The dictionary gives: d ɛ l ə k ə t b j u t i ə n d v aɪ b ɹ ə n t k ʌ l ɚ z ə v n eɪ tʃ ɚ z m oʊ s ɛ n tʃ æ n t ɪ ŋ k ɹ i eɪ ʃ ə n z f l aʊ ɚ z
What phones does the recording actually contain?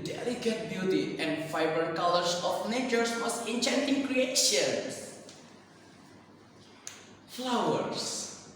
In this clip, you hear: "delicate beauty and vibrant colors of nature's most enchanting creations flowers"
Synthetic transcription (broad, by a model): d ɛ l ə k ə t b j u t i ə n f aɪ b ə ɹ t k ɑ l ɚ s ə f n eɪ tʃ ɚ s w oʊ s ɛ n tʃ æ n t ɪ ŋ k ɹ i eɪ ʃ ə n s f l aʊ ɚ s